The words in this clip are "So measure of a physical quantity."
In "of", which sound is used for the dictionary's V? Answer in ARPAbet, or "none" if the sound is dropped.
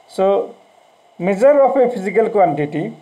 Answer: P